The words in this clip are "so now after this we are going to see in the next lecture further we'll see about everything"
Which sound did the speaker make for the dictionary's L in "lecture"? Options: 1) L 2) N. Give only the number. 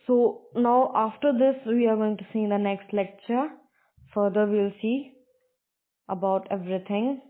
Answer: 1